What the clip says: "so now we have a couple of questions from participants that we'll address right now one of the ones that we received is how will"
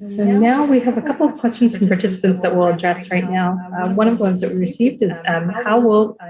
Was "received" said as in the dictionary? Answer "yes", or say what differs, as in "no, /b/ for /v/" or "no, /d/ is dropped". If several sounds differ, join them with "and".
yes